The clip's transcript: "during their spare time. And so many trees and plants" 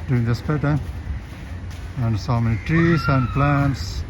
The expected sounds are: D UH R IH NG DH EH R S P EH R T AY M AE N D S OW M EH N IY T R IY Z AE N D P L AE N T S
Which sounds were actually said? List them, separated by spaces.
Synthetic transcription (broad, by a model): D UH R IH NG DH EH S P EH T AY AE N D S OW M EH N IY T R IY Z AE N D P L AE N T S